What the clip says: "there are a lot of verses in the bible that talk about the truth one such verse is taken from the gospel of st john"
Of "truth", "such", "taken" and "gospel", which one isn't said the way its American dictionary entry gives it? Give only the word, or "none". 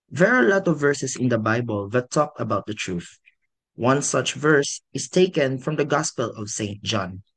none